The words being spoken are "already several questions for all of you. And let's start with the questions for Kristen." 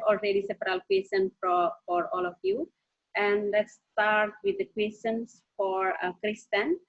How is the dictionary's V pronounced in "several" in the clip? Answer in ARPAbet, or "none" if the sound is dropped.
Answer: P